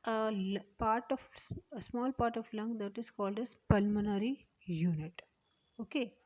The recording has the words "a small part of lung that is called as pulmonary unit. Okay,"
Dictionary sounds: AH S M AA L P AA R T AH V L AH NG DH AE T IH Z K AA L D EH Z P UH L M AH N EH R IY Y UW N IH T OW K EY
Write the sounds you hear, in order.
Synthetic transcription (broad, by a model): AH S M AA L P AA R T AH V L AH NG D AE T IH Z K AA L D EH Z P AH L M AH N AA R IY Y UW N IH T OW K EY